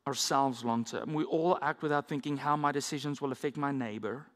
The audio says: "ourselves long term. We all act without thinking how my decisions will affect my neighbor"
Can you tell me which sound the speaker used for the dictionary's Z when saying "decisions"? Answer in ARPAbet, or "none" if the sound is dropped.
Z